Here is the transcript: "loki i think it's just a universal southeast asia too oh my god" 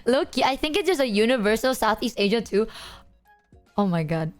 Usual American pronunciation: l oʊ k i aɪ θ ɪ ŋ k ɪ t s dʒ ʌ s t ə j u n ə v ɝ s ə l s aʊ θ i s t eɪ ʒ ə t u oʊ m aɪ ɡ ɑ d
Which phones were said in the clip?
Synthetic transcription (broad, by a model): l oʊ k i aɪ θ ɪ ŋ k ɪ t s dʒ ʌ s ə j u n ə v ɝ s ə l s aʊ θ i s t eɪ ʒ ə t u oʊ m aɪ ɡ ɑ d